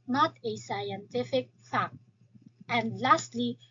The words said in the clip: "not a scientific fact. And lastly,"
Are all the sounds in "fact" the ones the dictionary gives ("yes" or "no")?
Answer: yes